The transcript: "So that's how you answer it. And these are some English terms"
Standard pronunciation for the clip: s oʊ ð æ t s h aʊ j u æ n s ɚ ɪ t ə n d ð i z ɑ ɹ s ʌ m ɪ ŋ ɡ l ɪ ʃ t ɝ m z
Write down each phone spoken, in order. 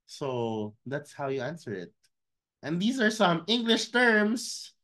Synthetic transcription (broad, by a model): s oʊ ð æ t s h aʊ j u æ n s ɚ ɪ t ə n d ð i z ɑ ɹ s ʌ m ɪ ŋ ɡ l ɪ ʃ t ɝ m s